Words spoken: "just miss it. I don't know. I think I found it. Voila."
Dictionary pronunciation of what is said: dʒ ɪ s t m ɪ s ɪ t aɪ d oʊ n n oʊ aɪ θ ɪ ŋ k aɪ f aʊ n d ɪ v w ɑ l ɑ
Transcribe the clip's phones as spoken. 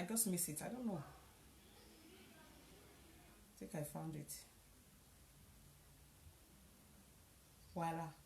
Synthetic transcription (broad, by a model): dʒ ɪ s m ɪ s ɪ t aɪ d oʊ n n oʊ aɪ t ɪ k aɪ f aʊ n d ɪ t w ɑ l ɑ